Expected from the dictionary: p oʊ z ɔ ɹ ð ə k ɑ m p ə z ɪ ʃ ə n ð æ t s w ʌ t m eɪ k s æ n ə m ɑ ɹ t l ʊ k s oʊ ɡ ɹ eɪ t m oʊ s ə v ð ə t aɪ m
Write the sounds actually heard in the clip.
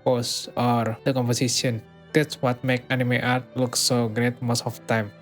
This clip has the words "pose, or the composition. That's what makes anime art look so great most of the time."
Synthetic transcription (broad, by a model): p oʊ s ɔ ɹ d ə k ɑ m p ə s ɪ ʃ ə n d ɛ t s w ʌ t m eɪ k ɑ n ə m ɑ ɹ t l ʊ k s oʊ ɡ ɹ eɪ t m oʊ s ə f t aɪ m